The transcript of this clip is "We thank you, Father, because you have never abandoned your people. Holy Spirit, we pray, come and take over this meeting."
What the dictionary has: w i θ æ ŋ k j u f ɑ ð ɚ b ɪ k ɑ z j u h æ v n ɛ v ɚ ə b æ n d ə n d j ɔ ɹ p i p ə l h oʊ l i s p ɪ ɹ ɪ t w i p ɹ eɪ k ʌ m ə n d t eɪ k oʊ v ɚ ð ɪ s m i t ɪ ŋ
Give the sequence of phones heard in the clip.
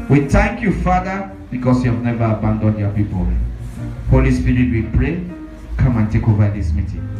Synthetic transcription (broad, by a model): w i θ æ ŋ k j u f ɑ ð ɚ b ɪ k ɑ s j u h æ v n ɛ v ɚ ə b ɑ n d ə n d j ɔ p i p ə l h oʊ l i s p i ɹ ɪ t w i p ɹ eɪ k ʌ m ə n t eɪ k oʊ v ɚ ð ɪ s m i t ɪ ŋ